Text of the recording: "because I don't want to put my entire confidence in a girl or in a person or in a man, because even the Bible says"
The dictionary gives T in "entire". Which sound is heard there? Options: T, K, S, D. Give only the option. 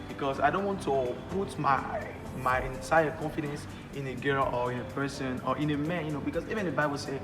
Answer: S